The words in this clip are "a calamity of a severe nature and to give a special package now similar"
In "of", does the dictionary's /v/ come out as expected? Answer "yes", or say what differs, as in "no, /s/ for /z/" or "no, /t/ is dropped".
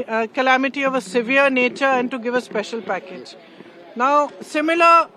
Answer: yes